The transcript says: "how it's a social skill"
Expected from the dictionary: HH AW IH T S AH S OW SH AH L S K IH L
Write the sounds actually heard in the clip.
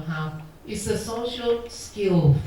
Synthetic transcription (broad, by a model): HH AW IH T S AH S OW SH AH L S K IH L